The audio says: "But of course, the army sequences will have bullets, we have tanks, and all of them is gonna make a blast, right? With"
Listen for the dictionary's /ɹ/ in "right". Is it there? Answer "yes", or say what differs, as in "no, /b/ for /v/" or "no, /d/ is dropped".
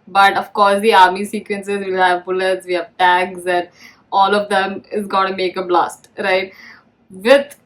yes